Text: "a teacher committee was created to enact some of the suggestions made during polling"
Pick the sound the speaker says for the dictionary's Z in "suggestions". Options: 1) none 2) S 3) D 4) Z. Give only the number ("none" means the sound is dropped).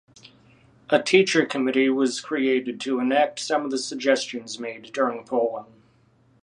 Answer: 4